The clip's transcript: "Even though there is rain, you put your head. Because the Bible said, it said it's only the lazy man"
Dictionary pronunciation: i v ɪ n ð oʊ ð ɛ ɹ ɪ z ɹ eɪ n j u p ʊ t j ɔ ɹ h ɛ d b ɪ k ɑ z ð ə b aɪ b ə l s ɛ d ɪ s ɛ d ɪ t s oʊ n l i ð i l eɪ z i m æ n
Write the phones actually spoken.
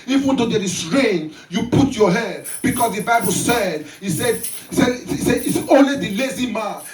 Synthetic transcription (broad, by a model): i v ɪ n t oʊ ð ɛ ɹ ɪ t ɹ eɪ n j u p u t j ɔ h ɛ d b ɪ k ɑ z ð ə b aɪ b ə l s ɛ d ɪ s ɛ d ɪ s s oʊ n l i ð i l eɪ z i m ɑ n